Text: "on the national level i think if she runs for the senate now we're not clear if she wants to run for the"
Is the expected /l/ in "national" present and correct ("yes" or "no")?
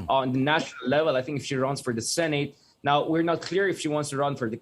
yes